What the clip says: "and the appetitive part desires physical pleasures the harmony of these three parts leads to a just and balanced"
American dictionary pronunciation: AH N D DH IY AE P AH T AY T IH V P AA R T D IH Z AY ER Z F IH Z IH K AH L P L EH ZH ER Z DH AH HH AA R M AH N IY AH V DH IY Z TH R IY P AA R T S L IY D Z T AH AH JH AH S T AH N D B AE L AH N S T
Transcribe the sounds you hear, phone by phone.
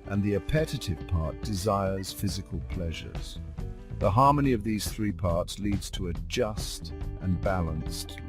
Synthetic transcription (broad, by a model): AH N DH IY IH P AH T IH T IH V P AA R T D IH Z AY ER Z F IH Z IH K AH L P L EH ZH ER Z DH AH HH AA R M AH N IY AH V DH IY Z TH R IY P AA R T S L IY D Z T AH AH JH AH S T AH N B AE L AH N S T